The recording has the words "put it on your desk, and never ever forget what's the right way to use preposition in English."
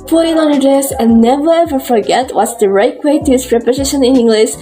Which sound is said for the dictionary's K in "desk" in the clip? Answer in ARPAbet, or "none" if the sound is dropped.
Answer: none